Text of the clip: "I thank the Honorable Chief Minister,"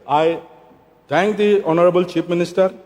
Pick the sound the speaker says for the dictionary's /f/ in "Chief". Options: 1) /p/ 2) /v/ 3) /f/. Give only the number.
1